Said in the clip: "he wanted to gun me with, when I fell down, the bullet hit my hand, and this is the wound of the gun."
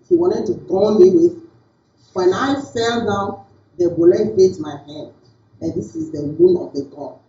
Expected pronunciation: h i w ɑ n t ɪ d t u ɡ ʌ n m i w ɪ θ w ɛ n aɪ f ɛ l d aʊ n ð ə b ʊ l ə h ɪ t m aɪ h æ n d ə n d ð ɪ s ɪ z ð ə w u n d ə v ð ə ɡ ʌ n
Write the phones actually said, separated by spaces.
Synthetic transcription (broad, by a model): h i w ɑ n t ɪ d t u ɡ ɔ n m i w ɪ w ɛ n aɪ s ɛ l d aʊ n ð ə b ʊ l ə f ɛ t m aɪ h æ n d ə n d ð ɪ s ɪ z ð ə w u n ə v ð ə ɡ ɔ